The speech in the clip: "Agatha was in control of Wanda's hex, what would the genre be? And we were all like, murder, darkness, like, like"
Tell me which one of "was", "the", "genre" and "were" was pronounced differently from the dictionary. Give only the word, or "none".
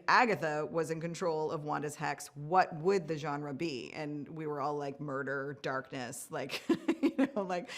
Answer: none